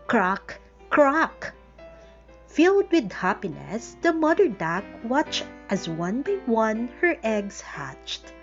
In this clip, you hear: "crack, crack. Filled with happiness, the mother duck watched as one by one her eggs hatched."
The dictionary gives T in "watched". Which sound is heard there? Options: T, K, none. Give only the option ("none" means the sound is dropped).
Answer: T